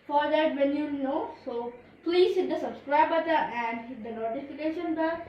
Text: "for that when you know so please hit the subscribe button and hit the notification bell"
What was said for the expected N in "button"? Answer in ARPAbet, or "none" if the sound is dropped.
none